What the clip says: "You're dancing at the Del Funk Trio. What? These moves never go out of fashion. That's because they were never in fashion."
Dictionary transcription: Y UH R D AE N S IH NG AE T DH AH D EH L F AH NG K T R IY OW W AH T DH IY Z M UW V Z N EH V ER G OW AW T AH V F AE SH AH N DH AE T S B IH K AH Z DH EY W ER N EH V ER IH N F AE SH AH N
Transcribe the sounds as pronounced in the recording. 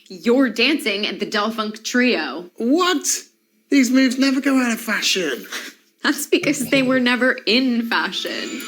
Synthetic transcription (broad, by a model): Y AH R D AE N S IH NG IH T DH AH D EH L F AH NG K T R IY OW W AH T DH IY Z M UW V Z N EH V ER G OW AW T AH V F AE SH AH N DH AE T S B IH K AH Z DH EY W ER N EH V ER IH N F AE SH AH N